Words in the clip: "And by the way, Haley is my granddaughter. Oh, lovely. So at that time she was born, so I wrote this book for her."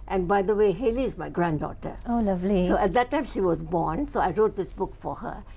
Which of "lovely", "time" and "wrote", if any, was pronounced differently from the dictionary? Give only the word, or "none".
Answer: none